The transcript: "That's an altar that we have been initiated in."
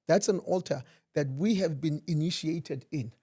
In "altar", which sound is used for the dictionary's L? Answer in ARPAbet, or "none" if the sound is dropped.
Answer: L